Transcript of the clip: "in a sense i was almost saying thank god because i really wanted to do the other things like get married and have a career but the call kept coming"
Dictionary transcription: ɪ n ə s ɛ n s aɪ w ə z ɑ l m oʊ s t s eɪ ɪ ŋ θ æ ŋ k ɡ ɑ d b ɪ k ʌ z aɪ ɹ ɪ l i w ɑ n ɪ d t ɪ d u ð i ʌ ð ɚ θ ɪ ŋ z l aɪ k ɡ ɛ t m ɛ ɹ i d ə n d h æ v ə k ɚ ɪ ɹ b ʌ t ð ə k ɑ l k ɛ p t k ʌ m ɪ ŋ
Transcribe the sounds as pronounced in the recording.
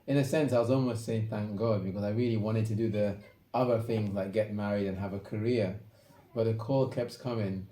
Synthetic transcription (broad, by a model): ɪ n ə s ɛ n s aɪ w ə z ɑ l m oʊ s t s eɪ ɪ ŋ θ æ ŋ k ɡ ɑ d b ɪ k ʌ z aɪ ɹ ɪ l i w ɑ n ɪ d t ɪ d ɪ ð i ʌ ð ɚ θ ɪ ŋ z l aɪ k ɡ ɛ t m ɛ ɹ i d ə n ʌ v ə k ɚ ɪ ɹ b ʌ t ð ə k ɑ l k ɛ p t k ʌ m ɪ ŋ